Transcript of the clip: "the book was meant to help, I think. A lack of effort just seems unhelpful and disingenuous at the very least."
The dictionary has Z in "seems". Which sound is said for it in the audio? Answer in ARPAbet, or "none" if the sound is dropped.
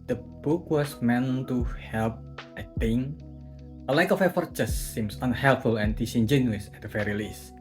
S